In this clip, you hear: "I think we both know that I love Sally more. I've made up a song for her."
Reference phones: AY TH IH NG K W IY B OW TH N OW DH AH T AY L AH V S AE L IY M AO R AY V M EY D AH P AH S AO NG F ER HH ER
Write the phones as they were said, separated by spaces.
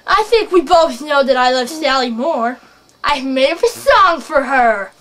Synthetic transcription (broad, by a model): AY TH IH NG K W IY B OW TH N OW DH AH T AY L AH V S AE L IY M AO R AY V M EY IH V AH S AO NG F ER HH ER